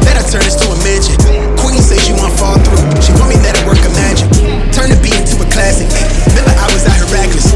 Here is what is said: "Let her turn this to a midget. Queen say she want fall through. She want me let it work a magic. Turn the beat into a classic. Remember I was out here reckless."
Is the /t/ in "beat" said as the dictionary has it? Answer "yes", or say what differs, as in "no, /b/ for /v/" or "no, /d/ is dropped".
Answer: no, /t/ is dropped